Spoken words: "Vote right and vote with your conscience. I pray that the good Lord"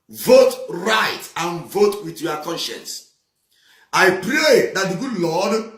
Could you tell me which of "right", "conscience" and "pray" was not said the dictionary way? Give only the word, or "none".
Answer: none